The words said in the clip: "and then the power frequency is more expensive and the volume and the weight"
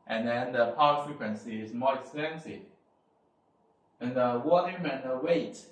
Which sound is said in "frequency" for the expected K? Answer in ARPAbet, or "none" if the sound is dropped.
K